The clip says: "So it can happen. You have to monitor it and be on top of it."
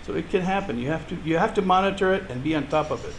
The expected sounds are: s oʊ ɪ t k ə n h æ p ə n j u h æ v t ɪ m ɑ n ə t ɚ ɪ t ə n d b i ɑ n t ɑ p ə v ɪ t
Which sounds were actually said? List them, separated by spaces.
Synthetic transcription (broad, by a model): s oʊ ɪ t k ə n h æ p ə n j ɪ h æ f t ɪ m ɑ n ə t ɚ ɪ t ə n b i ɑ n t ɑ p ə v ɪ t